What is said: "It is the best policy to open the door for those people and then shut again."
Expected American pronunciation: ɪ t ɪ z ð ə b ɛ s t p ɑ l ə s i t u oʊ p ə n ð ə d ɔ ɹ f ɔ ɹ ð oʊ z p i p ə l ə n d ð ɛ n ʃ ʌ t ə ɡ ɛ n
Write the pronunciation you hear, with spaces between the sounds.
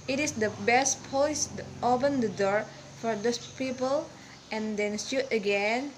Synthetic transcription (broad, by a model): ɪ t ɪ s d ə b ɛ s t p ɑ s t u oʊ p ə n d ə d ɔ ɹ f ɔ ɹ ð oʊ s p i p ə l ə n d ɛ n s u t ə ɡ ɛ n